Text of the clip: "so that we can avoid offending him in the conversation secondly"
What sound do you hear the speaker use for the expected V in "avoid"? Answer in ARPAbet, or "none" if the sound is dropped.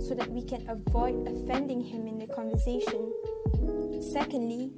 V